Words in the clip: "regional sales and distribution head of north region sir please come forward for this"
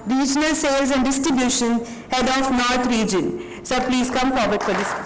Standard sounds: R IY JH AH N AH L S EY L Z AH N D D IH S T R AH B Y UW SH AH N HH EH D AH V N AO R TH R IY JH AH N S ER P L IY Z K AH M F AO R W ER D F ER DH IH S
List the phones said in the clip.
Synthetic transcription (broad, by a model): R IY JH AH N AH L S EY L Z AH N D D IH S T R AH B Y UW SH AH N HH EH D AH F N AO R T R IY JH AH N S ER P L IY Z K AH M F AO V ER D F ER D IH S